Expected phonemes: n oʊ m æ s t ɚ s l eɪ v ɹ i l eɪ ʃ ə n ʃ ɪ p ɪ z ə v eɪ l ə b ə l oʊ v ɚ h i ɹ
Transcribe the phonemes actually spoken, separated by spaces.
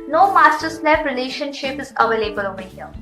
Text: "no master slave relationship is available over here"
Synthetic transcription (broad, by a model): n oʊ m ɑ s t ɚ s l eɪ p ɹ i l eɪ ʃ ə n ʃ ɪ p ɪ z ə v eɪ l ə b ə l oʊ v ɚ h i